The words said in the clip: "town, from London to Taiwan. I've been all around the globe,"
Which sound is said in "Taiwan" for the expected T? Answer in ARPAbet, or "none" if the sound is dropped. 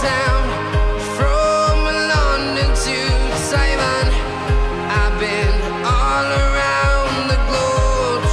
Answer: S